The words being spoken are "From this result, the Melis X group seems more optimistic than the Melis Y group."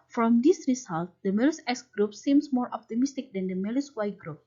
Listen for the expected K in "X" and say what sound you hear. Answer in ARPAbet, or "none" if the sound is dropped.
none